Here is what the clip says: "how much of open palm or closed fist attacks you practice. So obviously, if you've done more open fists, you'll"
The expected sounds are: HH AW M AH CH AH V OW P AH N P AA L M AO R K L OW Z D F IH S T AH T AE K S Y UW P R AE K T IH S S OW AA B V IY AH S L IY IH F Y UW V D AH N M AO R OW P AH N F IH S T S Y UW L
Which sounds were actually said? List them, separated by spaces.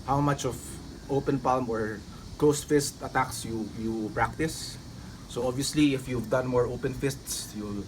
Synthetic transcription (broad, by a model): HH AW M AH CH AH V OW P AH N P AA L M AO R K L OW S F IH S T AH T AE K S Y UW P R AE K T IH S S OW AA B V IY AH S L IY IH F Y UW V D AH N M AO R OW P AH N F IH S T S Y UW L